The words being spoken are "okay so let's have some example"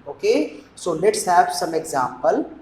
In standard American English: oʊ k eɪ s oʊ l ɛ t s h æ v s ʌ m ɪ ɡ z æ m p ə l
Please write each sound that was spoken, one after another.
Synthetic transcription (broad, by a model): oʊ k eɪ s oʊ l ɛ t s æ b s ʌ m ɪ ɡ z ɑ m p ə l